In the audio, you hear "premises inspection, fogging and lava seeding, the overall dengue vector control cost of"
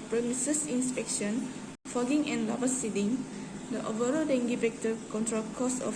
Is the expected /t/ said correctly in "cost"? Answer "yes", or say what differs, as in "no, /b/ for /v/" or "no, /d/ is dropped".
no, /t/ is dropped